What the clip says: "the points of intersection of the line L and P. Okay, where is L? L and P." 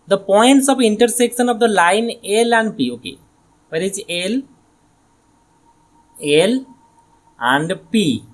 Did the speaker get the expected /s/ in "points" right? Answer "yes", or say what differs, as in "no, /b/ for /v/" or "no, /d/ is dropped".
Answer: yes